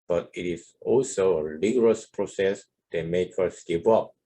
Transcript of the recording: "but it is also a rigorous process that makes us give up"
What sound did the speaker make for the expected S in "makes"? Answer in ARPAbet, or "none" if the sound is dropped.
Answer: none